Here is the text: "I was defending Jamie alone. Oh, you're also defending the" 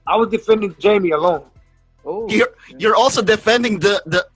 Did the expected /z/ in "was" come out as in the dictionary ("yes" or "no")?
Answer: yes